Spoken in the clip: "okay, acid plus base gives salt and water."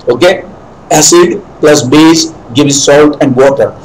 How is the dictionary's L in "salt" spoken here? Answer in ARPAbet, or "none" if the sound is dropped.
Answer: L